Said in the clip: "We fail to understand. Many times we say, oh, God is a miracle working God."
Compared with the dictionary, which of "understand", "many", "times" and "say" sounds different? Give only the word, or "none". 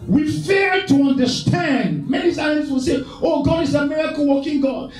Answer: times